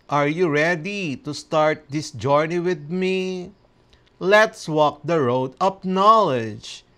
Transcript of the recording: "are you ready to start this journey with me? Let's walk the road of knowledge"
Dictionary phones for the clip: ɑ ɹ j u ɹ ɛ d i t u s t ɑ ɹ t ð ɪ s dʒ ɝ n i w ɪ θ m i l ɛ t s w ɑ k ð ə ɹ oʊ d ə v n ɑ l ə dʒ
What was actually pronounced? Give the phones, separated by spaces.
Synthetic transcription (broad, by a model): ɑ ɹ j u ɹ ɛ d i t u s t ɑ ɹ t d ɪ s dʒ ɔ n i w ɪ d m i l ɛ t s w ɑ k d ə ɹ oʊ d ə p n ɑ l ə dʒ